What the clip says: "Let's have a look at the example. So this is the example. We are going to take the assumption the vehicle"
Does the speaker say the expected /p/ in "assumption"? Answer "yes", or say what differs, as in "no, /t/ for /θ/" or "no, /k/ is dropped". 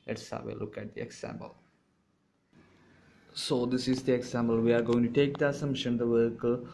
no, /p/ is dropped